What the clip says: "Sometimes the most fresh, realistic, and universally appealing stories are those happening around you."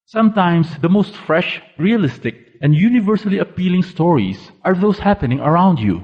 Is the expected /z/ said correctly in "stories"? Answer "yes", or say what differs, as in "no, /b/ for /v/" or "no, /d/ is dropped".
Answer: no, /s/ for /z/